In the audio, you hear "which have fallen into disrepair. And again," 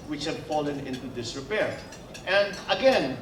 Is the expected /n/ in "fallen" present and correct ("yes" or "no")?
yes